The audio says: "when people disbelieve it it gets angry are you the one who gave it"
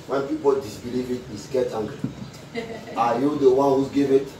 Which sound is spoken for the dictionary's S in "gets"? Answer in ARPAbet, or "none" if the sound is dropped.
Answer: none